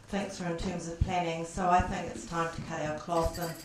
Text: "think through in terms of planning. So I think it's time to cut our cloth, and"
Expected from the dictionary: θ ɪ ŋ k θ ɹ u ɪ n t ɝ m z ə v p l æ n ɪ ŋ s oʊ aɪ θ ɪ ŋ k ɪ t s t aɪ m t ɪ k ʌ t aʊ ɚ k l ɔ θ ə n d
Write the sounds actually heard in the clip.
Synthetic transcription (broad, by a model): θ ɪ ŋ k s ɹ ɪ n t ɝ m z ə v p l æ n ɪ ŋ s oʊ aɪ θ ɪ ŋ k ɪ t s t aɪ m t ɪ k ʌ t aʊ ɚ k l ɔ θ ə n